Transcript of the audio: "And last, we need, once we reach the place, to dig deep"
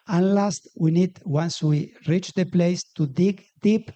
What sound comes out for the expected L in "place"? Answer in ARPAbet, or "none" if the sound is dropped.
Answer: L